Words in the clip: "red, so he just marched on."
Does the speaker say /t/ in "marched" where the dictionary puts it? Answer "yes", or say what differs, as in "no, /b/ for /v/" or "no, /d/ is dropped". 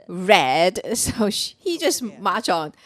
no, /t/ is dropped